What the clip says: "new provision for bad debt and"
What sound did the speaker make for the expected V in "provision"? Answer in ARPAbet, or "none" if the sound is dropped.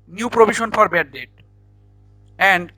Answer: B